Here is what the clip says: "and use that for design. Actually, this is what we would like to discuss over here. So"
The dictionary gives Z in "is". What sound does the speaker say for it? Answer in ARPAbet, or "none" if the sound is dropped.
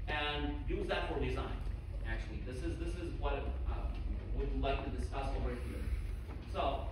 Z